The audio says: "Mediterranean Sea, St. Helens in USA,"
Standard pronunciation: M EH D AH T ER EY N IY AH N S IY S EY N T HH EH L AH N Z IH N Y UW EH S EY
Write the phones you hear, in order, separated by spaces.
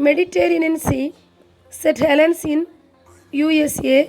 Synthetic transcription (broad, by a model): M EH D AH T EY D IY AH N S IY S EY T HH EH L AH N S IH N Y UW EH S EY